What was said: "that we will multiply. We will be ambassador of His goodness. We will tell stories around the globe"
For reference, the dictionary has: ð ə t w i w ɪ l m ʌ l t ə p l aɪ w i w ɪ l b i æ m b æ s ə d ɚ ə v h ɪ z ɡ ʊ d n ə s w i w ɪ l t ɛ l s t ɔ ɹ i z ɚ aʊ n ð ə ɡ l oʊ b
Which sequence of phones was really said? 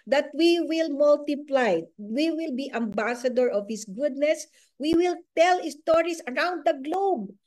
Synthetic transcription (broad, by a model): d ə t w i w ɪ l m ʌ l t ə p l aɪ w i w ɪ l b i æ m b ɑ s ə d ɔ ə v h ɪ s ɡ ʊ d n ə s w i w ɪ l t ɛ l s t ɔ ɹ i s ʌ aʊ n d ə ɡ l oʊ b